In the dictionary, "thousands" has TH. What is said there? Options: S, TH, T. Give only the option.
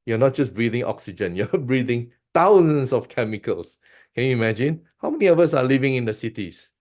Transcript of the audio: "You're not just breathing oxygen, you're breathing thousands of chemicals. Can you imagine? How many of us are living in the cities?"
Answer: T